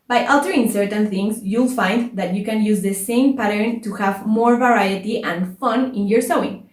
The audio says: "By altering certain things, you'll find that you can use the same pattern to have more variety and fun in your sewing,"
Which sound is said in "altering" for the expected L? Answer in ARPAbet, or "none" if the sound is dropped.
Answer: none